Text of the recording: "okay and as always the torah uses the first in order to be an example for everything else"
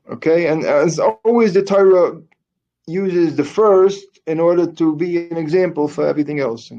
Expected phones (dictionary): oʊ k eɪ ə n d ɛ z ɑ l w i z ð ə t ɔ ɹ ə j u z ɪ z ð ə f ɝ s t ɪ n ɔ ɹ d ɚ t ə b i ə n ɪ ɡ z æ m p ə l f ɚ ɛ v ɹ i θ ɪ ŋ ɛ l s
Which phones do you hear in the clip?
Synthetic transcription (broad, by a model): oʊ k eɪ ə n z ɑ l w i z ð ə t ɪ ɹ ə j u z ɪ z ð ə f ɝ s t ɪ n ɔ ɹ d ɚ t ə b i ə n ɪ ɡ z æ m p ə l f ɚ ɛ v ɹ i θ ɪ ŋ ɛ l s